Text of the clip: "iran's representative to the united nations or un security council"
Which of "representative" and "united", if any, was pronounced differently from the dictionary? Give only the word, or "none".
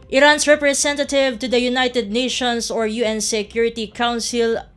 representative